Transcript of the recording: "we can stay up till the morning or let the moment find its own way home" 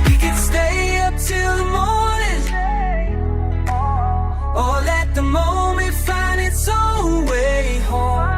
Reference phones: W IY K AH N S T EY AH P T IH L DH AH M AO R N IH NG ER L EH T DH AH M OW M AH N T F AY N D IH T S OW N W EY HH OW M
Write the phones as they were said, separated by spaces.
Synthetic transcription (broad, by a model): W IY K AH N S T EY AH P T IH L DH AH M AO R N IH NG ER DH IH T DH AH M OW M AH N T F AY N D IH T S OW L W EY HH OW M